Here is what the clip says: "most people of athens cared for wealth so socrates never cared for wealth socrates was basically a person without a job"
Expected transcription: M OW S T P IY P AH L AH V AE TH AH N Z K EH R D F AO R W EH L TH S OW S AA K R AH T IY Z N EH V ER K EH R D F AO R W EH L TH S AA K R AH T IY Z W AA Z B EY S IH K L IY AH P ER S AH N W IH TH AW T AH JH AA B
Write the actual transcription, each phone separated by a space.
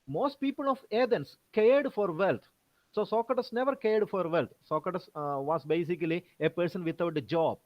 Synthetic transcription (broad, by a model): M OW S T P IY P AH L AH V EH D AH N S K EH R D F AO R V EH L T S OW S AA K AH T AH S N EH V ER K EH R D F AO R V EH L T S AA K AH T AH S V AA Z B EY S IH K L IY AH P ER S AH N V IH T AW T AH JH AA B